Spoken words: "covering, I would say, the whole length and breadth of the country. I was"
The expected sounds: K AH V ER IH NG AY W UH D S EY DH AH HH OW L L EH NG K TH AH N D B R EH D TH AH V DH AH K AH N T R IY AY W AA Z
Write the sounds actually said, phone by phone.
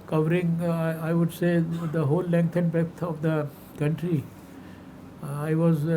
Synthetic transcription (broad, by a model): K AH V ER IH NG AY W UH D S EY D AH HH OW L L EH NG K T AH N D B EH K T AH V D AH K AH N T R IY AY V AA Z